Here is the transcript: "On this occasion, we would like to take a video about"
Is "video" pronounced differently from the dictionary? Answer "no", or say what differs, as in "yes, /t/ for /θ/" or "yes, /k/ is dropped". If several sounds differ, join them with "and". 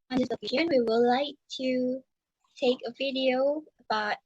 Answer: no